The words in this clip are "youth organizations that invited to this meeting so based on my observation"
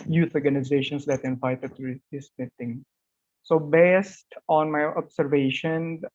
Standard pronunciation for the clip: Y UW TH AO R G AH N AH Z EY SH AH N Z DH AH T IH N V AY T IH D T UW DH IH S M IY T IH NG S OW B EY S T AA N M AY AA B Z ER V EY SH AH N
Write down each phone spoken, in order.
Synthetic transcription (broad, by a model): Y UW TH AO R G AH N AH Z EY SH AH N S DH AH T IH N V AY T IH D T UW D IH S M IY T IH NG S OW B EY S T AA N M AY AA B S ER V EY SH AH N